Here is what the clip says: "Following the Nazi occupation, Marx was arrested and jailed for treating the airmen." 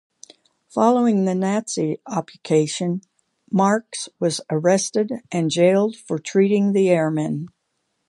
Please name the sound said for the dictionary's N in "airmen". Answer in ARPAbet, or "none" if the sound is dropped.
N